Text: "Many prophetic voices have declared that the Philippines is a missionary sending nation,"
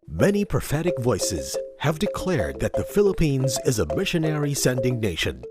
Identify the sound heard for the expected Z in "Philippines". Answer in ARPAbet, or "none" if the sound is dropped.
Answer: Z